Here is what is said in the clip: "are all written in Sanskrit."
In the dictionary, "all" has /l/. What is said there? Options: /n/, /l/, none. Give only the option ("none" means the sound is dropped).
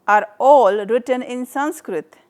/l/